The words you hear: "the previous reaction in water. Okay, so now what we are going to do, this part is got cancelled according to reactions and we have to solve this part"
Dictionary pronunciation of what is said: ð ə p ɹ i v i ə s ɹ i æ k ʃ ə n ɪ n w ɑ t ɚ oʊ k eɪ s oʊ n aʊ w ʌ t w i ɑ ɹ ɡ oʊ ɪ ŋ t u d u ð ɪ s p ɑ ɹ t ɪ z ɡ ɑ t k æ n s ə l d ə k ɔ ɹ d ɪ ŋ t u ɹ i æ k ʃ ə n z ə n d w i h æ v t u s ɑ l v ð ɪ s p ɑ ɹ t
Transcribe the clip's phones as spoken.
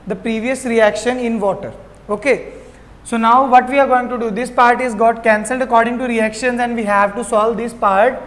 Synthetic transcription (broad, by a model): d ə p ɹ i v i ə s ɹ i æ k ʃ ə n ɪ n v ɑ t ɚ oʊ k eɪ s oʊ n aʊ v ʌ t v i ɑ ɹ ɡ oʊ ɪ ŋ t u d u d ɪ s p ɑ ɹ t ɪ z ɡ ɑ t k æ n s ə l d ə k ɔ ɹ d ɪ ŋ t u ɹ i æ k ʃ ə n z ə n d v i h æ v t u s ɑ l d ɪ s p ɑ ɹ t